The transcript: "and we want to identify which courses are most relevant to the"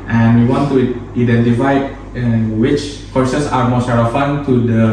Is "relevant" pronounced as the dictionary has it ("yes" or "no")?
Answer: no